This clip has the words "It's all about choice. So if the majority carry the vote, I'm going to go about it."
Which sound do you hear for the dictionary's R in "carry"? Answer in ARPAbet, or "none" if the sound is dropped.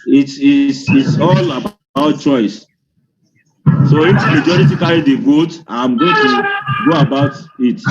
L